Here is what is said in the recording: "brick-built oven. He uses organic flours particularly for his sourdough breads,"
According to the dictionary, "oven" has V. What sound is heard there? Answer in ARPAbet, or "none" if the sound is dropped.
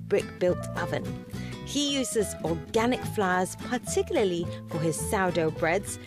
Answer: V